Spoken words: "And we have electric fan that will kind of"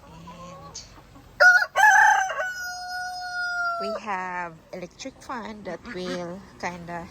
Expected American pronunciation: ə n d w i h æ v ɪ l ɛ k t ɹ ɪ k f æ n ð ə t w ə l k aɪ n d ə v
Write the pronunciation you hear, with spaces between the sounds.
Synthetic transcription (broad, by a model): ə n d w i h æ v ɪ l ɛ k t ɹ ɪ k f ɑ n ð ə t w ə l k aɪ n d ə